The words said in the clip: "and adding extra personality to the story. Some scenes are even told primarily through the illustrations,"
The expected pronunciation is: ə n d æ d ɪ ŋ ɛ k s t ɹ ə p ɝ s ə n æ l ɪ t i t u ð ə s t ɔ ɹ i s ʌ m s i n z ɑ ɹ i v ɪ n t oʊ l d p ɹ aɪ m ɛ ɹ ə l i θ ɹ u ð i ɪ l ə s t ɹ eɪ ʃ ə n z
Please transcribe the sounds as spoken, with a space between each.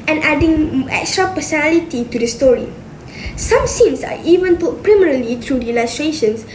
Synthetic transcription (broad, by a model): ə n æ d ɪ ŋ ɛ k s t ɹ ə p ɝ s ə n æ l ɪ t i t u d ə s t ɔ ɹ i s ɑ m s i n s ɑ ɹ i v ɪ n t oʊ p ɹ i m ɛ ɹ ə l i t ɹ u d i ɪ l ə s t ɹ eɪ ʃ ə n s